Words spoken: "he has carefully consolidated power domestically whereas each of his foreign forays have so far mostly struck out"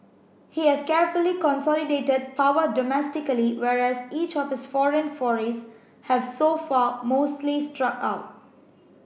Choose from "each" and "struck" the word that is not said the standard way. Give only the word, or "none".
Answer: none